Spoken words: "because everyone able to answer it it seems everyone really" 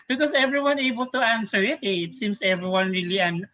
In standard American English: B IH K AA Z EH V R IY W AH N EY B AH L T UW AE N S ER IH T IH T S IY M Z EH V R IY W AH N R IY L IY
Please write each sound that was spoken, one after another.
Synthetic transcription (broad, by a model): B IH K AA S EH V R IY W AH N EY B AH L T UW AE N S ER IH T IH T S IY M S EH V R IY W AH N R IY L IY